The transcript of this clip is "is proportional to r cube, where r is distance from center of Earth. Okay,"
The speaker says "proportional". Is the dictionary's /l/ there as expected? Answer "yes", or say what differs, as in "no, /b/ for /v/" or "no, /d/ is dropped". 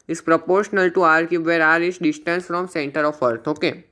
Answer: yes